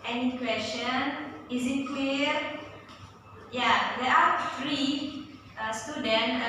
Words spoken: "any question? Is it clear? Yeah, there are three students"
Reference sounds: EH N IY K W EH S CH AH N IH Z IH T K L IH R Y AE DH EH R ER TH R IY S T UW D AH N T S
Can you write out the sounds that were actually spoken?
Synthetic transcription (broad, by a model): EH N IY K W EH S CH AH N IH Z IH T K W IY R Y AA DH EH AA F R IY S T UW D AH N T